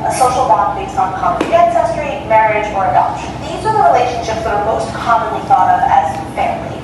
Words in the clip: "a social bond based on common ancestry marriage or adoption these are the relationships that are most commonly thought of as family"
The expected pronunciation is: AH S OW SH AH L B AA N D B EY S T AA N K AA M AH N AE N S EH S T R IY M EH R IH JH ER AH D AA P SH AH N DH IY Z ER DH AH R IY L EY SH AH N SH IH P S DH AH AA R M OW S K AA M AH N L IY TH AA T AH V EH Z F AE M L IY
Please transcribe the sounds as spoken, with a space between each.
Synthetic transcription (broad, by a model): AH S OW SH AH L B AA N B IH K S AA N K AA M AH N AE N S EH S T R IY M EH R IH JH ER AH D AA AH L DH IY Z ER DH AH R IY L EY SH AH N SH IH P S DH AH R M OW S K AA M AH N L IY TH AA T AH V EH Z F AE M L IY